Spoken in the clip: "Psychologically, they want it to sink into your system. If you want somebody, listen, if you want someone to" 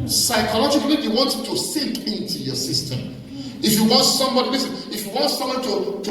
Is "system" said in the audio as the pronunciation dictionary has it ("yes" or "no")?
yes